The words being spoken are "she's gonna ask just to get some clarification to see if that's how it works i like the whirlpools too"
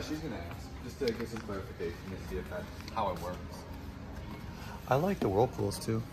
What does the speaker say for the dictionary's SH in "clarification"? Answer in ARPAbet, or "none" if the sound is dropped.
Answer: none